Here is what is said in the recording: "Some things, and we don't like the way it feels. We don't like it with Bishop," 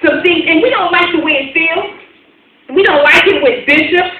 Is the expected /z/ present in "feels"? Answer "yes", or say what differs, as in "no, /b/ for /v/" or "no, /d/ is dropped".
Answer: no, /z/ is dropped